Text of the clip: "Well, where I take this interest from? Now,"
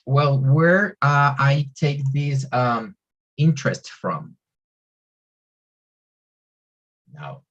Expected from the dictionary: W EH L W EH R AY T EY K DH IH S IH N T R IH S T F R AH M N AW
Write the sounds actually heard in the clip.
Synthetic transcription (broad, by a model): W EH L W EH R AY T EY K DH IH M IH N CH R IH S T F R AH M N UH